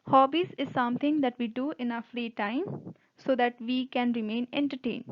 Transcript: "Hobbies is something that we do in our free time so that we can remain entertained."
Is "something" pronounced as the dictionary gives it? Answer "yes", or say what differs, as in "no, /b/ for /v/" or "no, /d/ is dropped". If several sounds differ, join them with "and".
no, /t/ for /θ/